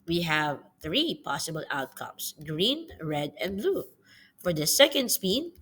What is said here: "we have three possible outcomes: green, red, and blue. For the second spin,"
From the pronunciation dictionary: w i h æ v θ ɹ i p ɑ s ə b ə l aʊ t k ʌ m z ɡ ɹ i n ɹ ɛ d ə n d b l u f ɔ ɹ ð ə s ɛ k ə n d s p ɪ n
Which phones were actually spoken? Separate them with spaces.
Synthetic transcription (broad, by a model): w i h æ v θ ɹ i p ɑ s ə b ə l aʊ t k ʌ m s ɡ ɹ i n ɹ ɛ d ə n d b l u f ɔ ɹ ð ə s ɛ k ə n d s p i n